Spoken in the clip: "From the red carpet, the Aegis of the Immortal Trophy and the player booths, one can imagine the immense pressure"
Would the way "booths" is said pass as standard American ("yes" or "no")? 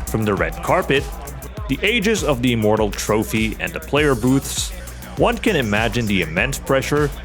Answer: yes